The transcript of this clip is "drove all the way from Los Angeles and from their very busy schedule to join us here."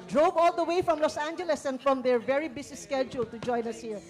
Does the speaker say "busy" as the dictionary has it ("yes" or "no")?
no